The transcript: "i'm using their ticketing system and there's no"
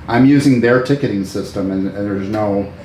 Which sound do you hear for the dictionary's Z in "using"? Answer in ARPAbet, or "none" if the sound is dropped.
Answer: Z